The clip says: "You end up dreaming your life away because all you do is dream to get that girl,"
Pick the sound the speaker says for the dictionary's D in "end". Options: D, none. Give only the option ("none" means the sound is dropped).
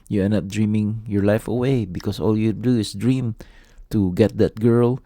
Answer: none